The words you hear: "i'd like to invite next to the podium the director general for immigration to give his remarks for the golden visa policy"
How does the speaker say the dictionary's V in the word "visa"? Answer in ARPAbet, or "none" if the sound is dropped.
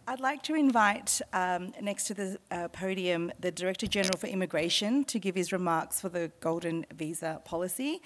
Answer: V